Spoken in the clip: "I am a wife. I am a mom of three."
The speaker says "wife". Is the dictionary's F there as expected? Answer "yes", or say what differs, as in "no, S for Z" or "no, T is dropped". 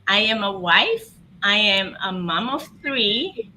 yes